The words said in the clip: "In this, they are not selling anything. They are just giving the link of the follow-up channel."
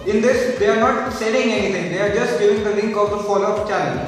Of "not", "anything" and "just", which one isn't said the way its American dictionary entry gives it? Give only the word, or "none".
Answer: anything